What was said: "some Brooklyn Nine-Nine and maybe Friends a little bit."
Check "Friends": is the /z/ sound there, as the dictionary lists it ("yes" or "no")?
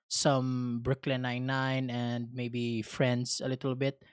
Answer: no